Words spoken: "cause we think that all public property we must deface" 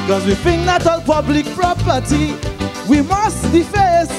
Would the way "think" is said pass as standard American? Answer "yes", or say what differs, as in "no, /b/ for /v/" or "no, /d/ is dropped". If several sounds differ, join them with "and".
no, /f/ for /θ/